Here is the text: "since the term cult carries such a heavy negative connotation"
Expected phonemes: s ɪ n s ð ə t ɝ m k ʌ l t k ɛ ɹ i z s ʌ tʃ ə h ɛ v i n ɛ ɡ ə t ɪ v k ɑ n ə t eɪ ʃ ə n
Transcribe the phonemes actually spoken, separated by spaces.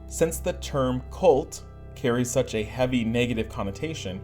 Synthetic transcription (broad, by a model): s ɪ n s ð ə t ɝ m k ʌ l t k ɛ ɹ i z s ʌ tʃ ə h ɛ v i n ɛ ɡ ə t ɪ v k ɑ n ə t eɪ ʃ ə n